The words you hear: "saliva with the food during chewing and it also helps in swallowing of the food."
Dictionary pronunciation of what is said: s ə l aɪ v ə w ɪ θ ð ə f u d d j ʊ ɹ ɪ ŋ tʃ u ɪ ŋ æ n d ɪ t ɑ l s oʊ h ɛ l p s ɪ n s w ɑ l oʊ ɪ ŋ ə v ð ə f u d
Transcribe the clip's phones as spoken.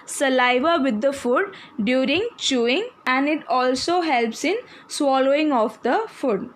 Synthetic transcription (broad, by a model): s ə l aɪ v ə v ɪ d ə f u d d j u ɹ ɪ ŋ tʃ u ɪ ŋ æ n d ɪ t ɑ l s oʊ h ɛ l p s ɪ n s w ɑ l oʊ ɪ ŋ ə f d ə f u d